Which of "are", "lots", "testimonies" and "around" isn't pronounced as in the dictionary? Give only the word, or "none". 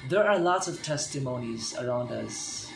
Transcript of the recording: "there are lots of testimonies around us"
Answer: none